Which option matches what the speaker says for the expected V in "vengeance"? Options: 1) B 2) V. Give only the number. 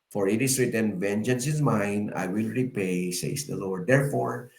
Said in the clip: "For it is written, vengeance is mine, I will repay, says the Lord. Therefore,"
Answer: 2